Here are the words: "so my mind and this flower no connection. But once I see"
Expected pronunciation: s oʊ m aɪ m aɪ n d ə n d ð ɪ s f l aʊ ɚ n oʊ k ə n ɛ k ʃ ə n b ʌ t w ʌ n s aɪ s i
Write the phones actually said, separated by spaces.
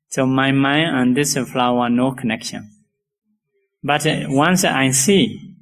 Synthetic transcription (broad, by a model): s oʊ m aɪ m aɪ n ə n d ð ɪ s f l aʊ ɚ n oʊ k ə n ɛ k ʃ ə n b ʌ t w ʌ n s aɪ s i